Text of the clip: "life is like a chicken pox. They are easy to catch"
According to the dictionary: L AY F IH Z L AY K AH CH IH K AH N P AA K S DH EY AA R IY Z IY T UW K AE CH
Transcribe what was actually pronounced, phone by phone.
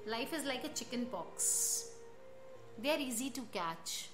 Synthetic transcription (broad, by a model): L AY F IH Z L AY K AH CH IH K AH N B AA K S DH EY AA R IY Z IY T UW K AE CH